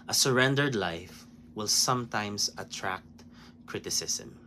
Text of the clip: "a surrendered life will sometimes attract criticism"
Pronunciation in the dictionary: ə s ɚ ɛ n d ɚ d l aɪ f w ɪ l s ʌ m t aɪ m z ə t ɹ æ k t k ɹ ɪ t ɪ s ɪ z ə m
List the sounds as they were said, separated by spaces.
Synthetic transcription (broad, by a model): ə s ɚ ɛ n d ɚ d l aɪ f w ɪ l s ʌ m t aɪ m s ə t ɹ æ k t k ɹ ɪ t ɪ s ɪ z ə m